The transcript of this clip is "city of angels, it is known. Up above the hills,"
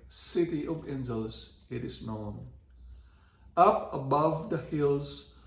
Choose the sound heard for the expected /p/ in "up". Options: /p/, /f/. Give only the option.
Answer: /p/